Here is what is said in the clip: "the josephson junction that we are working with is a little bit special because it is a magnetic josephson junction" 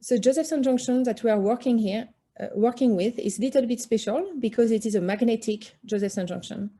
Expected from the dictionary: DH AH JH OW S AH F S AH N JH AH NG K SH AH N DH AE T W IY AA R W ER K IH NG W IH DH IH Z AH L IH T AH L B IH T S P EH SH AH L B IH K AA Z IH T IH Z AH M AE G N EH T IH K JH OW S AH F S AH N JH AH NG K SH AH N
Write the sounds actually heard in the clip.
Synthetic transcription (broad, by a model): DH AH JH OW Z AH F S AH N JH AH NG K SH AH N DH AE T W IY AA R W ER K IH NG W IH DH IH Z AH L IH T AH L B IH T S P EH SH AH L B IH K AA Z IH T IH Z AH M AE G N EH T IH K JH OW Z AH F S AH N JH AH NG K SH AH N